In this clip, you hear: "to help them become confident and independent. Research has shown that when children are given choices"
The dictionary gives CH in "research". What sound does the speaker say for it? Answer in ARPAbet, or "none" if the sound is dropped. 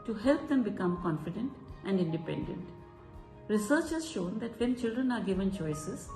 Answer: CH